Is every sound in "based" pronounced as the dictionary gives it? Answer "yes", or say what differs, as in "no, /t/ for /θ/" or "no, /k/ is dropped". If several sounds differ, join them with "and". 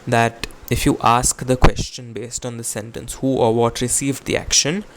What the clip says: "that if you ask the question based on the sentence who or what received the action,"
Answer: yes